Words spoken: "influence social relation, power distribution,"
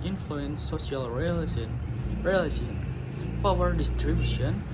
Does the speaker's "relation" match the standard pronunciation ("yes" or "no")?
no